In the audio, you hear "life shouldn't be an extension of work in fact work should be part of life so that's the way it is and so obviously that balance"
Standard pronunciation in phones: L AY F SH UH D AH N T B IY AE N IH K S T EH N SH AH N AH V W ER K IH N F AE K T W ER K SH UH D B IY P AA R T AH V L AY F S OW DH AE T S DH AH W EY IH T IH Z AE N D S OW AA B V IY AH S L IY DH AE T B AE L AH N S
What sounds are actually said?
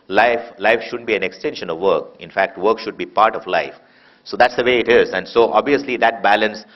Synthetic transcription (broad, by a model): L AY F SH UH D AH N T B IY AE N IH K S T EH N SH AH N AH V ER K IH N F AE K T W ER K SH UH D B IY P AA R T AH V L AY F S OW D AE T S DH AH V EY IH T IH Z AE N D S OW AA B V IY AH S L IY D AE T B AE L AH N S